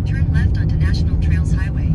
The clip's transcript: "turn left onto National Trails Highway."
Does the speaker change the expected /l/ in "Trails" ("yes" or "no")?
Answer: no